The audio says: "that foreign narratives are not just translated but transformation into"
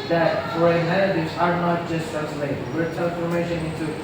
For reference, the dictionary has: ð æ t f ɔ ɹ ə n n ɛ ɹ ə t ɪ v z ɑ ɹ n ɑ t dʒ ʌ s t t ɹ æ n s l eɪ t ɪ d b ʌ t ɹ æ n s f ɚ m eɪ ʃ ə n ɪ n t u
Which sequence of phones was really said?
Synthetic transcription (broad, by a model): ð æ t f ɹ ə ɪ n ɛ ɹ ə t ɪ z ɑ ɹ n ɑ t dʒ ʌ s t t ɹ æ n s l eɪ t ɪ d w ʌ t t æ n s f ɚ m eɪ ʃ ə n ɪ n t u